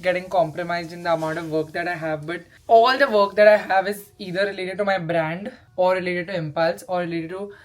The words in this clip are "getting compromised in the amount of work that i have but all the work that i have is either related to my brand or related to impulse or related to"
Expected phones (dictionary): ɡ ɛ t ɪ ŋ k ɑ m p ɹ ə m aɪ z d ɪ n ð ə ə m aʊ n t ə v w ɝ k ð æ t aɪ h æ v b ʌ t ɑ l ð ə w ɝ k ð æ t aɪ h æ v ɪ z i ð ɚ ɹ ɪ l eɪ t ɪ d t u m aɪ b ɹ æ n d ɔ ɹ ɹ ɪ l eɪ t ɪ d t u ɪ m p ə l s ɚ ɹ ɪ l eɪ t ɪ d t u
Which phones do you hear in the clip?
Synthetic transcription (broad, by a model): ɡ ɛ t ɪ ŋ k ɑ m p ɹ ə m aɪ z d ɪ n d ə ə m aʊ t ə v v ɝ k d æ t aɪ h æ v b ʌ t ɑ l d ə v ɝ k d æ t aɪ h æ v ɪ z i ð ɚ ɹ ɪ l eɪ t ɪ d t u m aɪ b ɹ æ n d ɔ ɹ ɹ ɪ l eɪ t ɪ d t u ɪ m p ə l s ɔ ɹ ɪ l eɪ t ɪ d t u